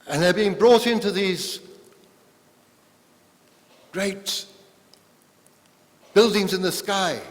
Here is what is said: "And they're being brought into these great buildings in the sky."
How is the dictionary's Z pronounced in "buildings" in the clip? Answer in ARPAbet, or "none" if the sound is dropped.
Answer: Z